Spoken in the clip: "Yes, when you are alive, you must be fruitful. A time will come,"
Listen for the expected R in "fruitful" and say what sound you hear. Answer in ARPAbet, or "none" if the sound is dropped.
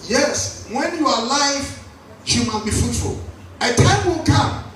none